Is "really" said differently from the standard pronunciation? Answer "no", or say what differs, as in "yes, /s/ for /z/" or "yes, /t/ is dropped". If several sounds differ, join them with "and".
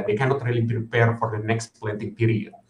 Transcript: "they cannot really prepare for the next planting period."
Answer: no